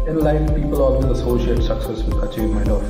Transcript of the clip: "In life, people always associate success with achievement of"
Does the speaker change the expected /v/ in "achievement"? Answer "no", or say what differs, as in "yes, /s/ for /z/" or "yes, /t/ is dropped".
yes, /v/ is dropped